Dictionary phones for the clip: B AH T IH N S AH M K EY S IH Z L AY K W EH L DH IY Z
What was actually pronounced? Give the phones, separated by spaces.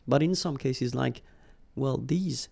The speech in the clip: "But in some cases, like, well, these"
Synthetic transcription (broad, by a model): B AH T IH N S AH M K EY S IH Z L AY K W EH L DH IY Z